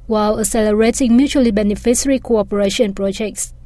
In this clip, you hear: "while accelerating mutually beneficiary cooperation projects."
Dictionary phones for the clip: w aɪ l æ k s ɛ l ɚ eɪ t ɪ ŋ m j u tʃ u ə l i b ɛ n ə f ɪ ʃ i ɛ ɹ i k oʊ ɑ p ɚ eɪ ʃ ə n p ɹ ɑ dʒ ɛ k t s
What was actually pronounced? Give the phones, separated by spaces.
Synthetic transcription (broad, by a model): w aɪ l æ s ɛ l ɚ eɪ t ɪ ŋ m j u tʃ u ə l i b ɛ n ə f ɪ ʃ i ɹ i k oʊ ɑ p ɚ eɪ ʃ ə n p ɹ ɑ dʒ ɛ k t s